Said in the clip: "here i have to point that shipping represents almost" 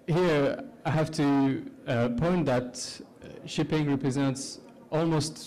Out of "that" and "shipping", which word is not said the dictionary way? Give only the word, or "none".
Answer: none